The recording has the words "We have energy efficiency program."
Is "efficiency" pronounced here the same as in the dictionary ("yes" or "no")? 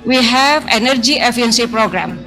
no